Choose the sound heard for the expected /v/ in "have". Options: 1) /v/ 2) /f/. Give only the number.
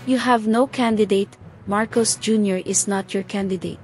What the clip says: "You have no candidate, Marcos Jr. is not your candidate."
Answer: 1